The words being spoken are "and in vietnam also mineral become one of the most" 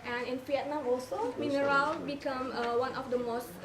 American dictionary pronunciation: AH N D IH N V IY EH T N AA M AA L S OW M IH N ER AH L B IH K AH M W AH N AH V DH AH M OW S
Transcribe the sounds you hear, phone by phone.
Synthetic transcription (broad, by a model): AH N IH N P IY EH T N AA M AA L S OW M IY N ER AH L B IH K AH M W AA N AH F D AH M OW S